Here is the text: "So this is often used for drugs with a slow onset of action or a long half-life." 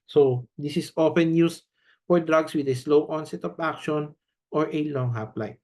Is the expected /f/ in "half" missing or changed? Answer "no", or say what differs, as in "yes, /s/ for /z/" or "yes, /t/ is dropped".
yes, /p/ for /f/